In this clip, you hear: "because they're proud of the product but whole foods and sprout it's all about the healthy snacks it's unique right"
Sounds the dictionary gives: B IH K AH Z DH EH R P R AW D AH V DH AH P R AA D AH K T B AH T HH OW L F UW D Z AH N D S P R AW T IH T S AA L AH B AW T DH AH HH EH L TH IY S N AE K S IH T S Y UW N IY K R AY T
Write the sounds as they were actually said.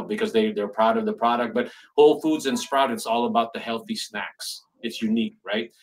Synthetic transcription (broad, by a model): B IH K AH Z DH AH R P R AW D AH V DH AH P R AA D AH K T B AH T HH OW L F UW D Z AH N S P R AW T IH T S AA L AH B AW T DH AH HH EH L TH IY S N AE K S IH T S Y UW N IY K R AY T